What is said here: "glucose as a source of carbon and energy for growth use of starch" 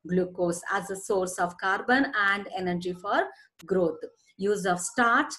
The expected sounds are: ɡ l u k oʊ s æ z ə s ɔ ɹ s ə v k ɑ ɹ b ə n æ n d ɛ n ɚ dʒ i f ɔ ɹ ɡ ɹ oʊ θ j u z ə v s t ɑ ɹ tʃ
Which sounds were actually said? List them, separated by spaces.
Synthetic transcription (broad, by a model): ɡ l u k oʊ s æ z ə s ɔ ɹ s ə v k ɑ ɹ b ə n æ n d ɛ n ɚ dʒ i f ɔ ɹ ɡ ɹ oʊ t j u z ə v s t ɑ ɹ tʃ